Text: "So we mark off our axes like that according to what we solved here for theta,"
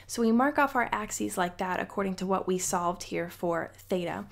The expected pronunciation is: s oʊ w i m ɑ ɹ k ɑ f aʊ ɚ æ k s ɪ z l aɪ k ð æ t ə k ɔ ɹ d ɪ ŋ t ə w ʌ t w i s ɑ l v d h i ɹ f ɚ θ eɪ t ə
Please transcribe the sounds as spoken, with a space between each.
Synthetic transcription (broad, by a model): s oʊ w i m ɑ ɹ k ɑ f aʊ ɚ æ k s ɪ z l aɪ k ð æ t ə k ɔ ɹ d ɪ ŋ t ə w ʌ t w i s ɑ l v d h i ɹ f ɚ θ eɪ t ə